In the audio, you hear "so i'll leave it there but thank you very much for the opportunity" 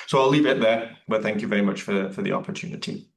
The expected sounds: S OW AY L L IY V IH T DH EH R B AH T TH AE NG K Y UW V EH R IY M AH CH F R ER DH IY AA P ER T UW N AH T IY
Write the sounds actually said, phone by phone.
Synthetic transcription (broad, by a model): S OW AY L L IY V IH T DH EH R B AH T TH AE NG K Y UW V EH R IY M AH CH F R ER DH IY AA P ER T UW N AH T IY